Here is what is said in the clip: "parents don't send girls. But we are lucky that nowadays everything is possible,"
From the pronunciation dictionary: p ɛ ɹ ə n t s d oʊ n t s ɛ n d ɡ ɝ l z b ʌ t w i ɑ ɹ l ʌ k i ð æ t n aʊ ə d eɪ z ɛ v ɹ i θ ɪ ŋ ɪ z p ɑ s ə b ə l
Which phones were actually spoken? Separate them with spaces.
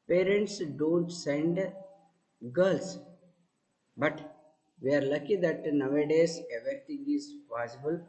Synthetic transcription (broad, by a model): p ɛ ɹ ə n t s d oʊ n t s ɛ n d ɡ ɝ l s b ʌ t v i ɑ ɹ l ʌ k i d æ t n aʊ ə d eɪ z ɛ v ɹ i t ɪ ŋ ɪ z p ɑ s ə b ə l